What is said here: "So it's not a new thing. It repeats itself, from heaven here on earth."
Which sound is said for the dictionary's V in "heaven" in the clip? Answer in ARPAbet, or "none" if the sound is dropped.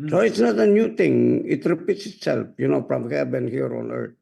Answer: B